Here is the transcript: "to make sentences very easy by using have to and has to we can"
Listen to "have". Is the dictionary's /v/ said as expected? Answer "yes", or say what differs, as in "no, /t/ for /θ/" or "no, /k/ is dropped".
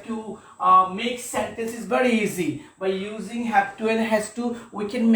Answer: no, /p/ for /v/